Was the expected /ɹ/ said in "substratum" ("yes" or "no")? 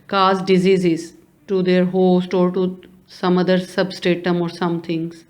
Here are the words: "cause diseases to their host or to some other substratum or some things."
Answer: no